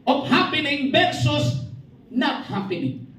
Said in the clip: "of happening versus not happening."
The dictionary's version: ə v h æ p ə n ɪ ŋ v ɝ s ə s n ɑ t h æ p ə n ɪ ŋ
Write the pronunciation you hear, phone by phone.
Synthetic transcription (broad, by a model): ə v h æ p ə n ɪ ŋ b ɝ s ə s n ɑ t h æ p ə n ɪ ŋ